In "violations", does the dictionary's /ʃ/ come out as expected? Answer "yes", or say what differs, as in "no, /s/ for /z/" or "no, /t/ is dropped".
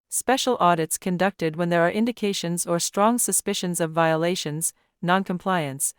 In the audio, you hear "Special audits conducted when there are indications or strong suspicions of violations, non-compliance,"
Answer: yes